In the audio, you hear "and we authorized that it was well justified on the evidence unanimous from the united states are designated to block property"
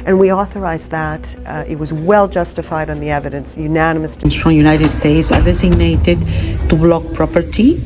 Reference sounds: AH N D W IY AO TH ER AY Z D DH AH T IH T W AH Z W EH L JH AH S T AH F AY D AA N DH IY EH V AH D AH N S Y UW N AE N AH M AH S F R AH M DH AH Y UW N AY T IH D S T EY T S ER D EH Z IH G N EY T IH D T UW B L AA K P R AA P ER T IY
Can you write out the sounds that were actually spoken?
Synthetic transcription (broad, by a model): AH N W IY AO TH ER AY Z DH AH T IH T W AH Z W EH L JH AH S T AH F AY D N DH IY EH V AH D AH N S Y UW N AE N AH M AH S F R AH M Y UW N AY T IH D S T EY T S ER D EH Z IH G N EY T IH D T UW B L AA K P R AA P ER T IY